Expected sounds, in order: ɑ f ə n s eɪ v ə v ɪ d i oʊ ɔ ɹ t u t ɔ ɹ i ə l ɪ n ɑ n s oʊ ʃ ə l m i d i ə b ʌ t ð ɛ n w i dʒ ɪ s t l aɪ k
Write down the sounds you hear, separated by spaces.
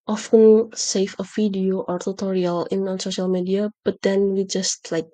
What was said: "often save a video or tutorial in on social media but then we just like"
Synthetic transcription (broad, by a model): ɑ f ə n s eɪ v ə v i d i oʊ ɔ ɹ t u t ɔ ɹ i ə l ɪ n ɑ n s oʊ ʃ ə l m i d i ə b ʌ t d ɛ n w i dʒ ɪ s t l aɪ k